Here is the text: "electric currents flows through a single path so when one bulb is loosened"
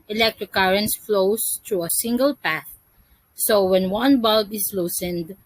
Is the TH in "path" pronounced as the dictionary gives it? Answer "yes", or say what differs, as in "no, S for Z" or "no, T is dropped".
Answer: yes